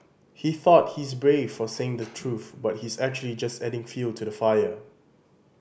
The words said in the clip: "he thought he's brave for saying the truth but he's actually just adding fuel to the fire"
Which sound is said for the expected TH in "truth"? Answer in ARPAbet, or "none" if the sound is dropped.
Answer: TH